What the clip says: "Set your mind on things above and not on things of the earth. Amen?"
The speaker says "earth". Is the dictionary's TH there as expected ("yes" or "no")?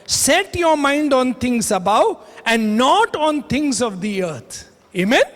no